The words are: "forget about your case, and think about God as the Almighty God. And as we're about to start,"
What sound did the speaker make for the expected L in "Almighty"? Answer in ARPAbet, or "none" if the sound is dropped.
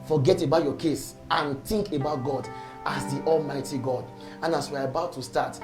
L